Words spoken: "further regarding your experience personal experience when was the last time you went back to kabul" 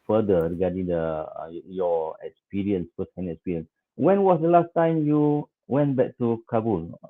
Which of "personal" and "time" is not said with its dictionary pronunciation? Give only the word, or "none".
personal